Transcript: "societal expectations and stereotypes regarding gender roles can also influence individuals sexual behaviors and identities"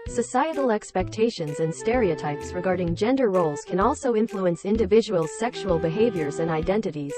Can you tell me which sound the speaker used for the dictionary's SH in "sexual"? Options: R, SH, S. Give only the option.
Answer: SH